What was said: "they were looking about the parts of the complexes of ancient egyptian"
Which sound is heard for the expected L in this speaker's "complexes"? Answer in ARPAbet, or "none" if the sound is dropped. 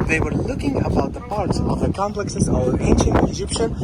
L